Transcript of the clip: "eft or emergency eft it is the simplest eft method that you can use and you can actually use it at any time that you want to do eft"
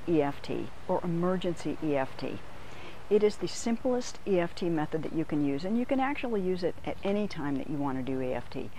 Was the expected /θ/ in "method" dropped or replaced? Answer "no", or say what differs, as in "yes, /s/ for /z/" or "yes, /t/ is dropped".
no